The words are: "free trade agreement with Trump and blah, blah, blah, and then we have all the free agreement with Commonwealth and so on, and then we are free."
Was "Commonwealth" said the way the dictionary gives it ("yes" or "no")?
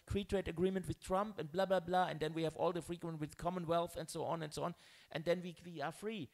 yes